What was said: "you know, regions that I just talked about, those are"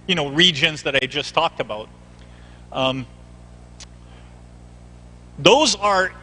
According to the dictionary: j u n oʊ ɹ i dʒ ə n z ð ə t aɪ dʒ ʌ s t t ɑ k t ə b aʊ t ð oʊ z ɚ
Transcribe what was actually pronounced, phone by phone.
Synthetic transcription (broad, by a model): j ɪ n oʊ ɹ i dʒ ə n z ð ə t aɪ dʒ ʌ s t t ɑ k t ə b aʊ t ð oʊ z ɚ